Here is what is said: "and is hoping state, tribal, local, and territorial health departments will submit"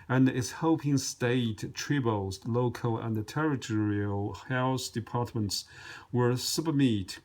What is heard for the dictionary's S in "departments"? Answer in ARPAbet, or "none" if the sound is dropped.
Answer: S